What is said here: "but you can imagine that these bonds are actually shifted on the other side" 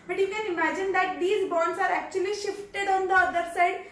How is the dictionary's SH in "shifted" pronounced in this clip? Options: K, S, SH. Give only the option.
SH